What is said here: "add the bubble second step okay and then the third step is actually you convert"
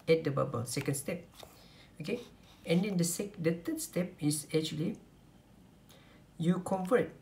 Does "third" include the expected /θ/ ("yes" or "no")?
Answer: no